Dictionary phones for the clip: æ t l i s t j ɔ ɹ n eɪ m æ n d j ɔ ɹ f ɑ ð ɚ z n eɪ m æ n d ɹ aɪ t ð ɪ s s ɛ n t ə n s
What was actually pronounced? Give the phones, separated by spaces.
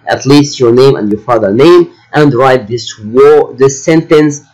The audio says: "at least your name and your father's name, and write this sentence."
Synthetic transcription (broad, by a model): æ t l i s t j ɔ ɹ n eɪ m æ n d j ɔ ɹ f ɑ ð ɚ n eɪ m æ n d ɹ aɪ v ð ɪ s s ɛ n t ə n s